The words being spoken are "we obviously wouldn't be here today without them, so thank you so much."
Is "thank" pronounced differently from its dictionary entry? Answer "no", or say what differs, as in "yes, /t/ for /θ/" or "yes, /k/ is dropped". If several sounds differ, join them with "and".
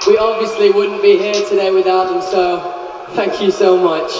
no